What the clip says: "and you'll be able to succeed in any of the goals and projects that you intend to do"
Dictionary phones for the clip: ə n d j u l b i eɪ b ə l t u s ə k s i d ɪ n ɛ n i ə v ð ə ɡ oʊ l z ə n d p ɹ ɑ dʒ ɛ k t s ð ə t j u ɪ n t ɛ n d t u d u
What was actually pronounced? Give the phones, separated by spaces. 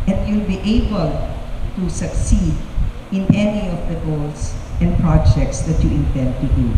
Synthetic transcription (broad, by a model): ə n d j u l b i eɪ b ə l t u s ə k s i d ɪ n ɛ n i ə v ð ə ɡ oʊ l s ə n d p ɹ ɑ dʒ ɛ k t s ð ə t j u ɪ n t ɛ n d t u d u